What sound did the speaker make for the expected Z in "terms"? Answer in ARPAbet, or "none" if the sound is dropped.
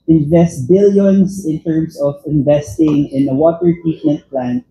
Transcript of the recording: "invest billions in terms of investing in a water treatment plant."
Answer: S